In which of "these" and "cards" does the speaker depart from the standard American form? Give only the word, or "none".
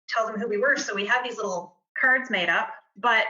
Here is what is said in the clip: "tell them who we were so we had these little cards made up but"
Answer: none